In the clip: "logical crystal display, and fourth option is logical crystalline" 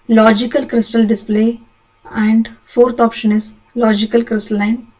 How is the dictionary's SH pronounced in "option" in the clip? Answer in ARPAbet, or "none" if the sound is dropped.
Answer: SH